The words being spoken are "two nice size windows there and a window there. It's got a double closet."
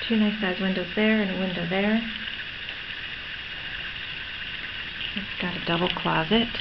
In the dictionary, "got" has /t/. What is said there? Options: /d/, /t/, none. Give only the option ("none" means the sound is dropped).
/t/